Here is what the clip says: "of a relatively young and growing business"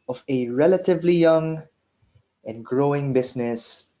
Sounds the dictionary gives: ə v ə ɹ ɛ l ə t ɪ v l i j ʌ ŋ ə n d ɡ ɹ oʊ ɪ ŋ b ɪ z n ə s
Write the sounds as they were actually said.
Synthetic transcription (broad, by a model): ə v ə ɹ ɛ l ə t ɪ v l i j ʌ ŋ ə n ɡ ɹ oʊ ɪ ŋ b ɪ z n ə s